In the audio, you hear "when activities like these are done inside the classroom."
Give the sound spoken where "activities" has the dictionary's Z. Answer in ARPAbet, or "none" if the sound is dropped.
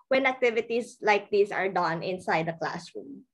S